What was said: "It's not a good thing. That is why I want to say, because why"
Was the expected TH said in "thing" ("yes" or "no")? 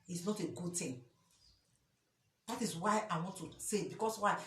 no